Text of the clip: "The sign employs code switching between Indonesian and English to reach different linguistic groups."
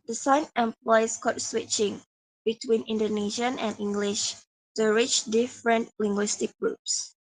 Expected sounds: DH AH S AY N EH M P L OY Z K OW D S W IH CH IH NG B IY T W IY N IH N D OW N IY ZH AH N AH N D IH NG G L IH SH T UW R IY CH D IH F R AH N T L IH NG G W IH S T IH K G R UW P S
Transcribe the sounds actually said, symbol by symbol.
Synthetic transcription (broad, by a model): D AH S AY N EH M P L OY S K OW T S W IH CH IH NG B IY T W IY N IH N D OW N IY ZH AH N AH N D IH NG G L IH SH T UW R IY CH D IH F R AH N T L IH NG G W IH S T IH K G R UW P S